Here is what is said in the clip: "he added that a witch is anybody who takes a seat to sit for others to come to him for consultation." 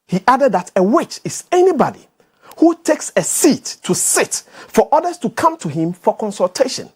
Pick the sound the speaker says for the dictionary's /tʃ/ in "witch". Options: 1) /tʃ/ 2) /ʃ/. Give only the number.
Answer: 1